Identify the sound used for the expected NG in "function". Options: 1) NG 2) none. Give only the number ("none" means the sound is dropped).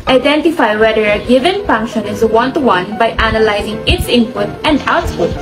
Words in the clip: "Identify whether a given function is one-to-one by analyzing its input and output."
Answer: 1